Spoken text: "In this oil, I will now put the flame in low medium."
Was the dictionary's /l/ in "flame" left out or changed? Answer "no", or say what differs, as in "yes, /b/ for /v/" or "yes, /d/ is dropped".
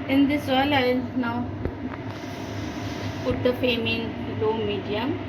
yes, /l/ is dropped